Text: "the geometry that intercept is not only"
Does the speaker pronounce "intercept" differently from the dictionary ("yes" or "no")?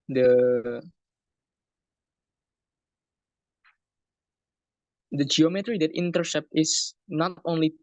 no